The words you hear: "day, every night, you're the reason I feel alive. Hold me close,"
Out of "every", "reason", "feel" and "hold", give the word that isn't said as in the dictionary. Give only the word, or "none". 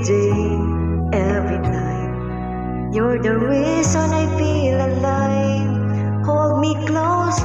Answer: reason